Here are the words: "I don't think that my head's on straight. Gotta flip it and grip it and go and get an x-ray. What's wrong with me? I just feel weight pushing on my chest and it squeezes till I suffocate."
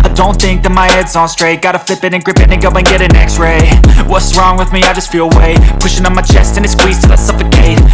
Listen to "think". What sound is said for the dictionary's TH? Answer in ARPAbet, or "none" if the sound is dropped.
TH